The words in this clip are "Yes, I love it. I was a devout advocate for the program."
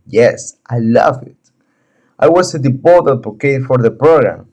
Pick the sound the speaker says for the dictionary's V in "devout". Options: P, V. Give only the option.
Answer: P